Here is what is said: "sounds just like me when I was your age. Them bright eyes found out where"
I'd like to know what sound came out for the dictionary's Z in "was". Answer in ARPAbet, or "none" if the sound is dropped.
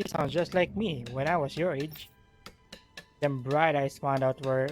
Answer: S